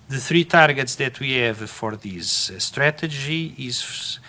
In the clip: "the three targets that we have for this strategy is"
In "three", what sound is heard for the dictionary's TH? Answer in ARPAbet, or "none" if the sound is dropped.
TH